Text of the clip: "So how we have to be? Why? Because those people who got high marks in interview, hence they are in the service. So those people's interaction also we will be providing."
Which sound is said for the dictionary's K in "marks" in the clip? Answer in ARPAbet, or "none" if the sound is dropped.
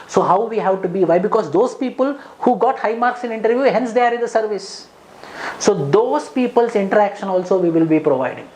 K